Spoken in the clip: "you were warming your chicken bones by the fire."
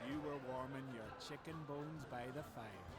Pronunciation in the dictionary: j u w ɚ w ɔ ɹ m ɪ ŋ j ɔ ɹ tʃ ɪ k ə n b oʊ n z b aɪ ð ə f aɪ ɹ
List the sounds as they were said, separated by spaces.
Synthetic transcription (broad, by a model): j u w ɚ w ɔ ɹ m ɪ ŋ j ɔ ɹ tʃ ɪ k ə n b oʊ n z b aɪ ð ə f aɪ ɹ